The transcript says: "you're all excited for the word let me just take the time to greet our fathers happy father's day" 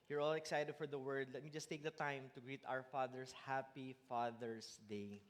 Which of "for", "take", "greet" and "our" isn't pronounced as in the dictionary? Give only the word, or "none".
none